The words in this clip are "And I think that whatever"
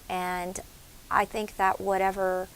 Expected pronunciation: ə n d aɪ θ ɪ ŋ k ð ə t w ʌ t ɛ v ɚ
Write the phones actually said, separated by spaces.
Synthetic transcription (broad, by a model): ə n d aɪ θ ɪ ŋ k ð ə t w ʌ t ɛ v ɚ